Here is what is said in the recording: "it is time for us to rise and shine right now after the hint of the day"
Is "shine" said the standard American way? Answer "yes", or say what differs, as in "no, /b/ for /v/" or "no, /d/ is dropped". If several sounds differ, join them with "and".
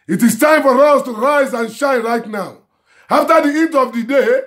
yes